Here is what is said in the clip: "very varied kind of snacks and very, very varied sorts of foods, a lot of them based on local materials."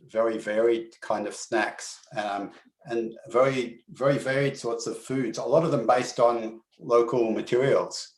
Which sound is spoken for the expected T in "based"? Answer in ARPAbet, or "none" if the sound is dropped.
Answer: T